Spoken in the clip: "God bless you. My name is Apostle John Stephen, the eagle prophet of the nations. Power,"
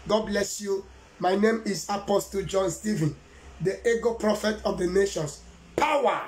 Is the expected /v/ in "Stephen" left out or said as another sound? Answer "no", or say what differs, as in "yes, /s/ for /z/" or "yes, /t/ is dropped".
no